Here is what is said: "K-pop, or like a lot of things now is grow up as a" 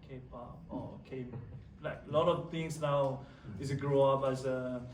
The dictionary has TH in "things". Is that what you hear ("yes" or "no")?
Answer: no